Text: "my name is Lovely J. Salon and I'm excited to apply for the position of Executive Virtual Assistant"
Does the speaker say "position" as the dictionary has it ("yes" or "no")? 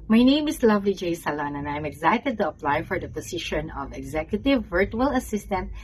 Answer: no